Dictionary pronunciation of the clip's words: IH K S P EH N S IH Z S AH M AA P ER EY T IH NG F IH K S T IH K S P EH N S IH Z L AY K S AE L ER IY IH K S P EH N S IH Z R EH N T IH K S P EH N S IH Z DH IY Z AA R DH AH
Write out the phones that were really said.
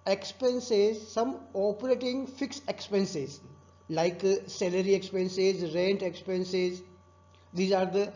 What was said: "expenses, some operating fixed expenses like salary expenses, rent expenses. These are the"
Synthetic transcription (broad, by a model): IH K S P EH N S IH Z S AH M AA P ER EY T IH NG F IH K S IH K S P EH N S IH Z L AY K S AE L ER IY IH K S P EH N S IH Z R EH N T IH K S P EH N S IH Z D IY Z AA R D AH